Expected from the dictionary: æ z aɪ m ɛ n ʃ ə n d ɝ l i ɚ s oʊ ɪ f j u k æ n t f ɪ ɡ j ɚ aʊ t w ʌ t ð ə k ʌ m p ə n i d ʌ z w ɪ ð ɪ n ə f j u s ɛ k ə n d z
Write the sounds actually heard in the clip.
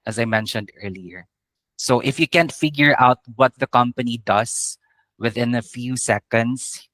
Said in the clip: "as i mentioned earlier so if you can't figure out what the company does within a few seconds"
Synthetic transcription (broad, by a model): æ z aɪ m ɛ n ʃ ə n d ɝ l i ɚ s oʊ ɪ f j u k æ n t f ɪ ɡ j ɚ aʊ t w ʌ t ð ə k ʌ m p ə n i d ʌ s w ɪ ð ɪ n ə f j u s ɛ k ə n d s